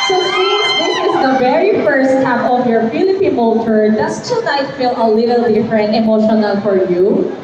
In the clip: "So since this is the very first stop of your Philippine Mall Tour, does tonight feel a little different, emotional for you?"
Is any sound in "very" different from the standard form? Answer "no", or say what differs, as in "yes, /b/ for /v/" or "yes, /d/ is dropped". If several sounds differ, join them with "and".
no